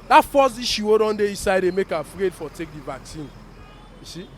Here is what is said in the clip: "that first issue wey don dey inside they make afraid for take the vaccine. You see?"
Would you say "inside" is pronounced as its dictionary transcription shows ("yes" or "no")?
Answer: no